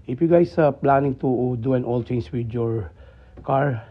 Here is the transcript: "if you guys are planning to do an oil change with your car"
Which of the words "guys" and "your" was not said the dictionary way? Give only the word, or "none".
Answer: guys